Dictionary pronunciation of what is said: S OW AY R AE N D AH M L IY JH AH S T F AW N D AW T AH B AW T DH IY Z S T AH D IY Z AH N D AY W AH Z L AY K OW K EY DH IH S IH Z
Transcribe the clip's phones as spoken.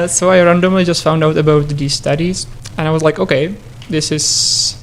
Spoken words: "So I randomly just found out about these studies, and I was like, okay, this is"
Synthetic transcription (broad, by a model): S OW AY R AE N D AH M L IY JH AH S T F AW N D AW T AH B AW T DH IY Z S T AH D IY Z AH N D AY W AH Z L AY K OW K EY DH IH S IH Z